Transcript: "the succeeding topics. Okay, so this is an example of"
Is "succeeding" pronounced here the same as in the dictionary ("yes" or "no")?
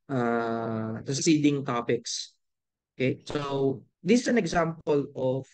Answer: no